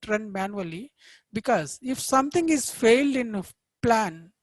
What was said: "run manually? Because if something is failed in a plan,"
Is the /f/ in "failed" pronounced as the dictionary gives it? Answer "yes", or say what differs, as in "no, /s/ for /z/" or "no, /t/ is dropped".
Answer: yes